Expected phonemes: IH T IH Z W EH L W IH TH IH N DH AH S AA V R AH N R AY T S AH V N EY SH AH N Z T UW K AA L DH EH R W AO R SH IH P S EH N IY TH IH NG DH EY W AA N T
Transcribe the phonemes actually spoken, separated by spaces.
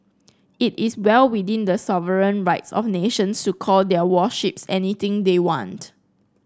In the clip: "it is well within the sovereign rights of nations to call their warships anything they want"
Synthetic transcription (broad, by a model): IH T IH S W EH L W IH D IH N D AH S AA V R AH N R AY T S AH F N EY SH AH N S T UW K AA L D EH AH W AO SH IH P S EH N IY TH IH NG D EY W AA N T